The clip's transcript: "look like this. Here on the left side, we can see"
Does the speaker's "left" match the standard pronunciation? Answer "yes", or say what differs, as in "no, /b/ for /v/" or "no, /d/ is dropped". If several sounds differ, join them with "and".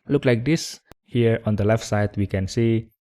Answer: yes